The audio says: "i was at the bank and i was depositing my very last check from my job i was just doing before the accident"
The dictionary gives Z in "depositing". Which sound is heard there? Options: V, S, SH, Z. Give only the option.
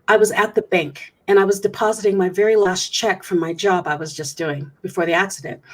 Z